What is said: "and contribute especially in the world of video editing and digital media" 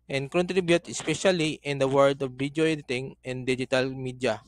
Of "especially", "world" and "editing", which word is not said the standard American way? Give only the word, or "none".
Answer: world